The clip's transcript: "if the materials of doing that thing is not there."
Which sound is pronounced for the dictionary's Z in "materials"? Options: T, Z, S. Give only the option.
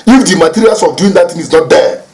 S